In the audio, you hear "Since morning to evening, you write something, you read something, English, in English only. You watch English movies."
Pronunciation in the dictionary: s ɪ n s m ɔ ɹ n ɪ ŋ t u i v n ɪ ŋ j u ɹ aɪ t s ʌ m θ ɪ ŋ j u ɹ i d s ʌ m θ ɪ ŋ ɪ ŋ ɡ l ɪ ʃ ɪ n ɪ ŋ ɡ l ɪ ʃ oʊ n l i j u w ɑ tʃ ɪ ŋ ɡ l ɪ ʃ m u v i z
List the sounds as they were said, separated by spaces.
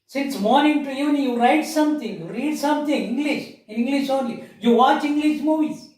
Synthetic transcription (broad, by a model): s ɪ n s m ɔ ɹ n ɪ ŋ t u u n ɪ j u ɹ aɪ t s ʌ m t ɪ ŋ j u ɹ i d s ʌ m t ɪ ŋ ɪ ŋ ɡ l ɪ ʃ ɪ ɪ ŋ ɡ l ɪ ʃ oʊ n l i j u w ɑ tʃ ɪ ŋ ɡ l ɪ ʃ m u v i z